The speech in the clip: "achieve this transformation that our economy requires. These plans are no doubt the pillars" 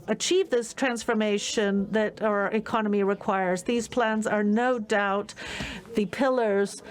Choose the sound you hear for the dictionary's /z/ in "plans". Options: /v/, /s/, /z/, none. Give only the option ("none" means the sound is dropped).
/z/